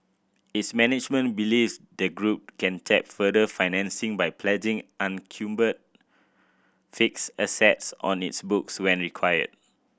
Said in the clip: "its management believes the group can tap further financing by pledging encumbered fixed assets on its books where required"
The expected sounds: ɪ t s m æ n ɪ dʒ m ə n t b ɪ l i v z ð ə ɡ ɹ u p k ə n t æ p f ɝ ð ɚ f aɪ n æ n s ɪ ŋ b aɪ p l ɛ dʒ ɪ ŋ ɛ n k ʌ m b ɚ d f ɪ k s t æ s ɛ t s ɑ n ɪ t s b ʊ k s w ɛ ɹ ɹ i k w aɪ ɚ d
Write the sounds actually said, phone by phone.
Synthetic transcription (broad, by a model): ɪ t s m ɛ n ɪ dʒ m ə n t b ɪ l i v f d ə ɡ ɹ u p k ə n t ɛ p f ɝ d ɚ f aɪ n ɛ n s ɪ ŋ b aɪ p l ɛ dʒ ɪ ŋ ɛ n k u m b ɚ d f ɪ k s ʌ s ɛ t s ɑ n ɪ t s b ʊ k s w ɛ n ɹ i k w aɪ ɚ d